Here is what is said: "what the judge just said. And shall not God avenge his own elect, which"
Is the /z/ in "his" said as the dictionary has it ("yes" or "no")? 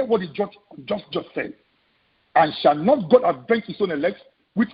no